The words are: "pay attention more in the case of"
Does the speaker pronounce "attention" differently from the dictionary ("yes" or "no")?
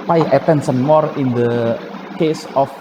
yes